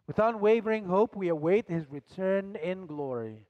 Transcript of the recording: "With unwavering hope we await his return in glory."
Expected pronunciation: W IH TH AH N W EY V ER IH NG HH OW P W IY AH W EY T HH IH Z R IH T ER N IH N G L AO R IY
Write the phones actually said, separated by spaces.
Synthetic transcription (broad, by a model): W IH TH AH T W EY V ER IH NG HH OW P W IY AH W EY T HH IH Z R IH T ER N IH N G L AO R IY